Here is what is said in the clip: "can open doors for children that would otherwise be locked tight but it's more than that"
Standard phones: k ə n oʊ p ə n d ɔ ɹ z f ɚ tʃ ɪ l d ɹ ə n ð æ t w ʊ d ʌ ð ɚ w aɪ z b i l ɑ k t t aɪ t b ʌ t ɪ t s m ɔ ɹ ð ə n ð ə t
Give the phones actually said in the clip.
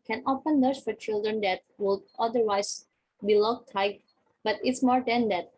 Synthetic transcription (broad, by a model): k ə n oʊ f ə n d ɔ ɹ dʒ f ɚ tʃ ɪ l d ɹ ə n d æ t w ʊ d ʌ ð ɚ w aɪ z b i l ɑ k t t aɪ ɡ b ʌ t ɪ t s m ɔ ɹ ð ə n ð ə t